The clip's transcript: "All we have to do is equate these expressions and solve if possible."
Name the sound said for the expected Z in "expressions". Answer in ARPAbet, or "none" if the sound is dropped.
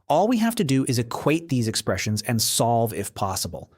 Z